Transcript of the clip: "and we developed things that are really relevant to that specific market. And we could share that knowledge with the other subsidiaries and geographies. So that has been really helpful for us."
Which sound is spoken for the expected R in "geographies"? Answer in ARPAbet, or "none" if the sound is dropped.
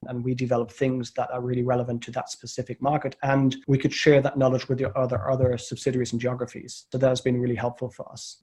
R